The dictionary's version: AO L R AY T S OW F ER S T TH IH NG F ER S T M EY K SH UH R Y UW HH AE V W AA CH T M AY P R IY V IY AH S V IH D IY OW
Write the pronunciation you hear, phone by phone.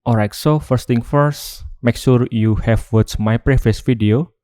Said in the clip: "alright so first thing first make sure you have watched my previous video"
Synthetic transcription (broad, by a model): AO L R AY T S OW F ER S T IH NG F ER S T M EY K SH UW R Y UW HH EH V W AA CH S M AY P R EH F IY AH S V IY D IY OW